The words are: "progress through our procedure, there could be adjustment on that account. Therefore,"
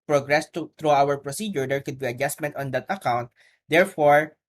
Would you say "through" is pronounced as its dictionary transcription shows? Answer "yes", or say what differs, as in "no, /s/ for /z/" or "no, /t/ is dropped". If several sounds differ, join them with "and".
no, /t/ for /θ/